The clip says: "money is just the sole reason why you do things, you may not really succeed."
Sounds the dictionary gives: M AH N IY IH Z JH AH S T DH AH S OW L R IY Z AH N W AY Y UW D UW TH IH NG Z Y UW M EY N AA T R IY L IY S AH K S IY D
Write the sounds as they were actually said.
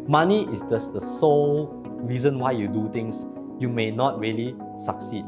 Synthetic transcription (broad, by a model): M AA N IY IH S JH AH S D AH S OW L R IY Z AH N W AY Y UW D UW T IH NG S Y UW M EY N AA T R IY L IY S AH K S IY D